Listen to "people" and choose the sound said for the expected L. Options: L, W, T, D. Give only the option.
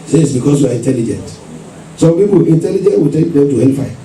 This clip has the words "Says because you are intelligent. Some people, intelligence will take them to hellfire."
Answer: W